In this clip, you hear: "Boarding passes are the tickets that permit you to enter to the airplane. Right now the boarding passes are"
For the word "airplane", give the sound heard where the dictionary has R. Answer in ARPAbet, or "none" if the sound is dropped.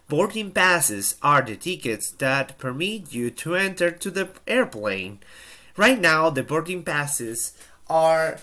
R